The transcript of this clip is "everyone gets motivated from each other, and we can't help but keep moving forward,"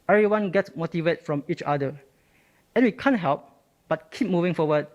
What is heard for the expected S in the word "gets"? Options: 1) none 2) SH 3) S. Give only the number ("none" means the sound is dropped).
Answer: 3